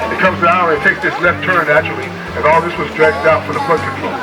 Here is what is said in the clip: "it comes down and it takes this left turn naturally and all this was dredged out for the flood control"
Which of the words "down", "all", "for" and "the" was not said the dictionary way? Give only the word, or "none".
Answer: down